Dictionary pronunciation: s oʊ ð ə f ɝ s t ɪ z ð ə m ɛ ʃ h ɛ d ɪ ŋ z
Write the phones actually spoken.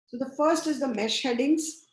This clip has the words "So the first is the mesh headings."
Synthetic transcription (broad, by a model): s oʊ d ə f ɝ s t ɪ z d ə m ɛ ʃ h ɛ d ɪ ŋ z